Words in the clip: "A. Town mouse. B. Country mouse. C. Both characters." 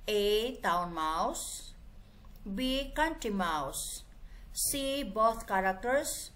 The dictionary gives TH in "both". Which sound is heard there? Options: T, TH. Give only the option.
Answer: T